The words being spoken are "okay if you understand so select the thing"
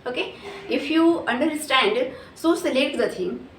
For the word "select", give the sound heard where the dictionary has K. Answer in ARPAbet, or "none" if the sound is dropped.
none